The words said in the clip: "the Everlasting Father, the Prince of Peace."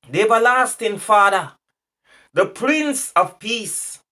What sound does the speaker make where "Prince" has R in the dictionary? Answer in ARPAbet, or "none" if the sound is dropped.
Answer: R